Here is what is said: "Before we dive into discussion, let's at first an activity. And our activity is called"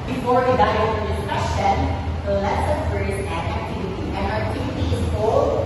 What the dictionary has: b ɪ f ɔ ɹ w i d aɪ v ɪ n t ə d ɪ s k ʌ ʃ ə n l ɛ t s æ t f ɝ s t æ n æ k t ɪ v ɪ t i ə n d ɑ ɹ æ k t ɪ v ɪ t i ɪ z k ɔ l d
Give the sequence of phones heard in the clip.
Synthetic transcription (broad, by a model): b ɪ f ɔ ɹ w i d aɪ ɪ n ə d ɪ s k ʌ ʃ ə n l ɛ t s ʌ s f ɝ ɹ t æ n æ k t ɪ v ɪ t i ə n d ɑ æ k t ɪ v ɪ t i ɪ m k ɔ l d